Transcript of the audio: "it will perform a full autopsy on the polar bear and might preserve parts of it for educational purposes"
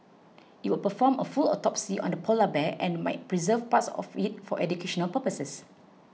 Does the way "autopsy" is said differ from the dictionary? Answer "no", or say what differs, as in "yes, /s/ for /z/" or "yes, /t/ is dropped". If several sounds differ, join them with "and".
no